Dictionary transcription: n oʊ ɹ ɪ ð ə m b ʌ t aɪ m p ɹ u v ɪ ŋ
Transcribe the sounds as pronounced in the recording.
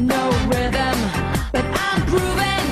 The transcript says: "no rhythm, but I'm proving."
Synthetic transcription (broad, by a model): n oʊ w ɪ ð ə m b ʌ t aɪ m p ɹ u v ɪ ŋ